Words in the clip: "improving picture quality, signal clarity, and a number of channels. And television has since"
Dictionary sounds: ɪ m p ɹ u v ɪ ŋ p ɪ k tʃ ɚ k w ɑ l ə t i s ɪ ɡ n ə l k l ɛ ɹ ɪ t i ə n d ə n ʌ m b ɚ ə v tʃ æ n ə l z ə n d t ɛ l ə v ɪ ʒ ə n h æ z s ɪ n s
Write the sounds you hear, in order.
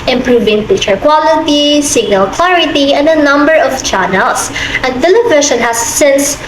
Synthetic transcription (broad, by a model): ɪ m p ɹ u v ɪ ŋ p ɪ tʃ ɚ k w ɑ l ə t i s ɪ ɡ n ə l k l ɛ ɹ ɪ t i ə n d ə n ʌ m b ɚ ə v tʃ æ n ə l s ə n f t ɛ l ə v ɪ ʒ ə n h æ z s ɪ n s